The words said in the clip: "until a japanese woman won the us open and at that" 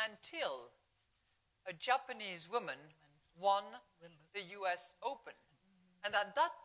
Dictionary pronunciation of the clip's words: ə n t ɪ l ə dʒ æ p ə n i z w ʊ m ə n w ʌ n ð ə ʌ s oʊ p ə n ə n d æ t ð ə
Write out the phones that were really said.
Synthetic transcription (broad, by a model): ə n t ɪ l ə dʒ æ p ə n i z w ʊ m ə n w ʌ n ð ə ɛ s oʊ p ə n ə n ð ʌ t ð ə